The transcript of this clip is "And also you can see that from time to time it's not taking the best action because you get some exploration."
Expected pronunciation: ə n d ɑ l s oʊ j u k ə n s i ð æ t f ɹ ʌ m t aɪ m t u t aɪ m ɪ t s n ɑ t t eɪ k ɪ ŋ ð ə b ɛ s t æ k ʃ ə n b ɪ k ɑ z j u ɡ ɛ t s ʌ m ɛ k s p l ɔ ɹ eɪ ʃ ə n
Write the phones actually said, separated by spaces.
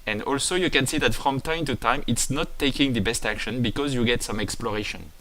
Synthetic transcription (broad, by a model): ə n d ɑ l s oʊ j u k ə n s i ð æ t f ɹ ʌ m t aɪ m t u t aɪ m ɪ t s n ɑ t t eɪ k ɪ ŋ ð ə b ɛ s t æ k ʃ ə n b ɪ k ɑ z j u ɡ ɛ t s ʌ m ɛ k s p l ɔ ɹ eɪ ʃ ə n